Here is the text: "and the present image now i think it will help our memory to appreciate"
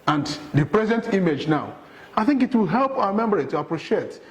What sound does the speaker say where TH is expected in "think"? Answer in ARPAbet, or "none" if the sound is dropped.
TH